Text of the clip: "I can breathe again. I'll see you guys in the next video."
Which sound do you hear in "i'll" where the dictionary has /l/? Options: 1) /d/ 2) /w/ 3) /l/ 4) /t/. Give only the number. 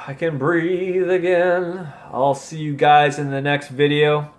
3